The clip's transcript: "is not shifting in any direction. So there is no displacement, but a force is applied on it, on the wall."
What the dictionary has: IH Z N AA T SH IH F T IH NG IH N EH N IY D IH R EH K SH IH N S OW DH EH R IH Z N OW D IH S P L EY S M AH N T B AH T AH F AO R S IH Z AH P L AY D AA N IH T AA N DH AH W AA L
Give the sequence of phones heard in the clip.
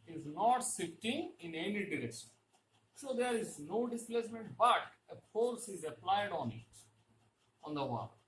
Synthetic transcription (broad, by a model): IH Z N AA T S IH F T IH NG IH N EH N IY D IH R EH K SH IH N S OW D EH R IH Z N OW D IH S P L EY S M AH N T B AH T AH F AO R S IH Z AH P L AY D AA N IH T AA N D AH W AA